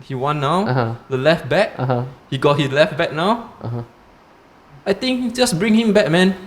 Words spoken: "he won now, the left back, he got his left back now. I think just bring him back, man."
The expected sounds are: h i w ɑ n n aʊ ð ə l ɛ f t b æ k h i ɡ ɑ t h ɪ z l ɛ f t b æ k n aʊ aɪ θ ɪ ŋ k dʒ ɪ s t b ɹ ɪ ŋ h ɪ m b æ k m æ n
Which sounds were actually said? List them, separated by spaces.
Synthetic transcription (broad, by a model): h i w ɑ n n aʊ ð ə l ɛ f t b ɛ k h i ɡ ɑ t h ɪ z l ɛ f t b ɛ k n aʊ aɪ t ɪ ŋ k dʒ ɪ s b ɹ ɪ ŋ h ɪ m b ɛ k m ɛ n